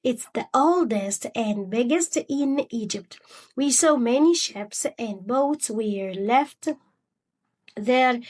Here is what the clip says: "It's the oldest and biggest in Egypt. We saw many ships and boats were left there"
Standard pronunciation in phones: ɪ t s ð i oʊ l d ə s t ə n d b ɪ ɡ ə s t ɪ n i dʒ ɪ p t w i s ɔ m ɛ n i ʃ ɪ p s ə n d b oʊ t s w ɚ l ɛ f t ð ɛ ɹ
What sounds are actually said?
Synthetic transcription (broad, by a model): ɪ t s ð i oʊ l d ə s t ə n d b ɪ ɡ ə s t ɪ n i dʒ ɪ p t w i s ɔ m ɛ n i ʃ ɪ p s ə n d b oʊ t s w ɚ l ɛ f t ð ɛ ɹ